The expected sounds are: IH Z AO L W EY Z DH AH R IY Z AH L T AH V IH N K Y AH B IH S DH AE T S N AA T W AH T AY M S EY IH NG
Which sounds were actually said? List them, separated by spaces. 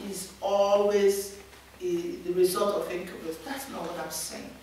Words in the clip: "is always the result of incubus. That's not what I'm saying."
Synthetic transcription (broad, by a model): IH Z AO L W EY Z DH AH R IY Z AH L T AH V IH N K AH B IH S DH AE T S N AA T W AH T AY M S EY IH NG